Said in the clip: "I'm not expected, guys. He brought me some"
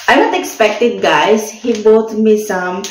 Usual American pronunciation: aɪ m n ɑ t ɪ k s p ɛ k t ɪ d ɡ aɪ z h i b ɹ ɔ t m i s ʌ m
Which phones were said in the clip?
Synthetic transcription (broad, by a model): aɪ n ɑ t ɪ k s p ɛ k t ɪ d ɡ aɪ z h i b ɔ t m i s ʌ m